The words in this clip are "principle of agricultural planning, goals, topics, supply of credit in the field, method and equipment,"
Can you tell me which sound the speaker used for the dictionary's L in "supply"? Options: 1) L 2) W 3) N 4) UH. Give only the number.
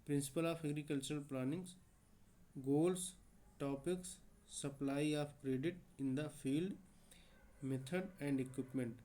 1